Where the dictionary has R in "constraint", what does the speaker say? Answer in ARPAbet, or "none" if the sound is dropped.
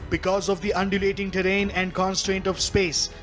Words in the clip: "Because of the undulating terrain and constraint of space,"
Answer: R